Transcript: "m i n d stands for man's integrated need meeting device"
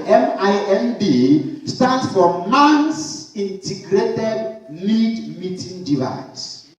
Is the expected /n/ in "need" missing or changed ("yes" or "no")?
yes